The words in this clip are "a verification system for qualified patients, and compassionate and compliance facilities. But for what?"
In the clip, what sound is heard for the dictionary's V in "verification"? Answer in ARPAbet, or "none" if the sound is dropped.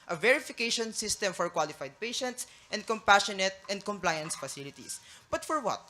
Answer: V